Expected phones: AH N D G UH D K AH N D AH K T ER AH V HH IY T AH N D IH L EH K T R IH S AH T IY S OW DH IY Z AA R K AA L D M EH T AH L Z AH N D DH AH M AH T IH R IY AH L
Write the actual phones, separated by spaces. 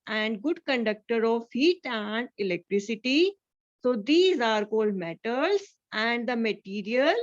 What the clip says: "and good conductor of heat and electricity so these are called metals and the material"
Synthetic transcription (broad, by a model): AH N D G UH D K AH N D AH K T ER AH V HH IY T AH N D IH L EH K T R IH S AH T IY S OW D IY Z AA R K AA L D M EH T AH L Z AH N D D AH M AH T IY R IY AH L